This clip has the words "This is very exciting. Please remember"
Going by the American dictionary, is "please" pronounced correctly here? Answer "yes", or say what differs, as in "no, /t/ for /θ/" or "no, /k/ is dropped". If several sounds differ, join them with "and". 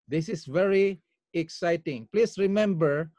no, /s/ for /z/